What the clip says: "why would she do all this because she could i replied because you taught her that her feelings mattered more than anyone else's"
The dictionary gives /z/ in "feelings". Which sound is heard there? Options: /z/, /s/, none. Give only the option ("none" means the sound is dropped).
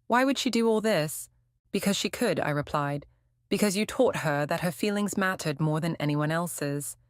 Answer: /z/